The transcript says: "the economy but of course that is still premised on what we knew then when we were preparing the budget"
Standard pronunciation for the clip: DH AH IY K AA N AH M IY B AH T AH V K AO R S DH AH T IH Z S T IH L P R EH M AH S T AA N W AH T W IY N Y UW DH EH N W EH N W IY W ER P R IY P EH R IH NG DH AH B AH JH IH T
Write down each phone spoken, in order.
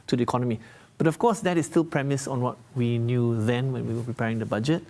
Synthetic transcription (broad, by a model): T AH IY K AA N AH M IY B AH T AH F K AO S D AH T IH S T IH L P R EH M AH S AA N W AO T W IY N Y UW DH EH N W EH N W IY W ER P R IY P EH R IH NG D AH B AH JH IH T